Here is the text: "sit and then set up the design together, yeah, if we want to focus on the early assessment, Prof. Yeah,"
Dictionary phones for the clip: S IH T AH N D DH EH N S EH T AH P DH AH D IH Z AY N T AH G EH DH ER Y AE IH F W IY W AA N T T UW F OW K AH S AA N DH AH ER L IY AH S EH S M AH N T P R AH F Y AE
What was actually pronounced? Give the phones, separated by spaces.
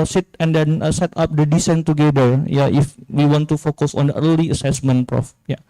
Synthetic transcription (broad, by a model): S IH T AH N D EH N S EH T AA P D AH D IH S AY N T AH G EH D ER Y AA IH F W IY W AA N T T UW F OW K AH S AA N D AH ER L IY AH S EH S M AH N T P R AH F Y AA